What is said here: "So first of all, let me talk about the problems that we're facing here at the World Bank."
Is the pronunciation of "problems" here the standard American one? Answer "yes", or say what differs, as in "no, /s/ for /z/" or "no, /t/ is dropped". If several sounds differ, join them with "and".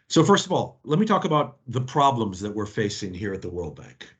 yes